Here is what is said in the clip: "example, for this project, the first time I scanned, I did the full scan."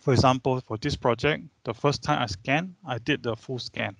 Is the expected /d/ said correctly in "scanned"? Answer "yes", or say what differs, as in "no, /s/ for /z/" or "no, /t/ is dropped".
no, /d/ is dropped